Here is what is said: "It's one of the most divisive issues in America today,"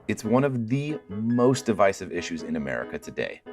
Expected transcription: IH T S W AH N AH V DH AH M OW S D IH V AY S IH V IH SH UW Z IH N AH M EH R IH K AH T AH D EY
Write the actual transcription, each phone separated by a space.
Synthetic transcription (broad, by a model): IH T S W AH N AH V DH AH M OW S D IH V AY S IH V IH SH UW Z IH N AH M EH R IH K AH T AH D EY